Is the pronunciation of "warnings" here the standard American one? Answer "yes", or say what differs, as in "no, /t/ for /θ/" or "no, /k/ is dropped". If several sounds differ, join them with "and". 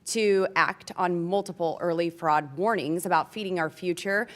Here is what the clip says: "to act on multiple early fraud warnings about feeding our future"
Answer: yes